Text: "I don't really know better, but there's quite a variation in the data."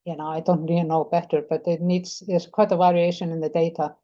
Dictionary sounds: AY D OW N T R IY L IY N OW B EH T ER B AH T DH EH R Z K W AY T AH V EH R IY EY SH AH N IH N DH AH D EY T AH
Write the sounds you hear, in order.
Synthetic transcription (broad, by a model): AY D OW N T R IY IY N OW B EH T ER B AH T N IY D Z K W AY T AH V EH R IY EY SH AH N IH N DH AH D EY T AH